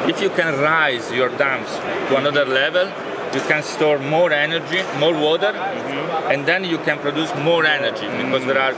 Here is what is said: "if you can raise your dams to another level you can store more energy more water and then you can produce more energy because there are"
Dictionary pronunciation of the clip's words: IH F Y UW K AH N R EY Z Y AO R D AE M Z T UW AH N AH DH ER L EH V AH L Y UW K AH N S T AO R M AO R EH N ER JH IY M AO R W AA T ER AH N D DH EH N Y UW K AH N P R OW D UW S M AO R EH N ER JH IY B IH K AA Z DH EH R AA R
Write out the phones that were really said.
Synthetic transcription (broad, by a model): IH F Y UW K AH N R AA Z Y AO R D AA M S T UW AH N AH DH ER L EH V AH L Y UW K AH N S T AO R M AO R EH N ER JH IY M AO R W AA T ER AH N D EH N Y UW K AH N P R OW D UW S M AO R EH N ER JH IY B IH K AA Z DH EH R AA R